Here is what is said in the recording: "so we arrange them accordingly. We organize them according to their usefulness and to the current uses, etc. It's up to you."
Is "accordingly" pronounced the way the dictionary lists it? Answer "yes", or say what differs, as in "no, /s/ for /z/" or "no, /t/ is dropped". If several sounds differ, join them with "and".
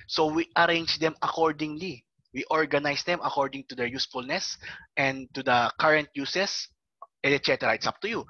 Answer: yes